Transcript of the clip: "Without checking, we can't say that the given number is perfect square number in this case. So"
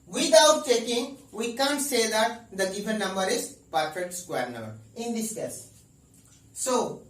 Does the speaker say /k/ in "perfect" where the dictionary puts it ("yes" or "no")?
no